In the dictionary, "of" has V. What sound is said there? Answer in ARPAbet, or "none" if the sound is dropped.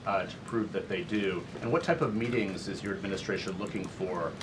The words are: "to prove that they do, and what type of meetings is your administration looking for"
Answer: V